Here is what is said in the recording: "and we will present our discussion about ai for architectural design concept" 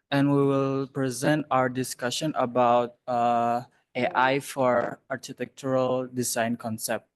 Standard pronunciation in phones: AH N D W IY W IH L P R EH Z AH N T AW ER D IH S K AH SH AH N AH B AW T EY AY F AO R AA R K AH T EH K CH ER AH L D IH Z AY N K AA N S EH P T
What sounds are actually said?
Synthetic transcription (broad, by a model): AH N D W IY W IH L P R EH Z AH N T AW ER D IH S K AH SH AH N AH B AW T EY AY F AO R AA R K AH T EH K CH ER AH L D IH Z AY N K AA N S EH P T